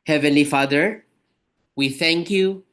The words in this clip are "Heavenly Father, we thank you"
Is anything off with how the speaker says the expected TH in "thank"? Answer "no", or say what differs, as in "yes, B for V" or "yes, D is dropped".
no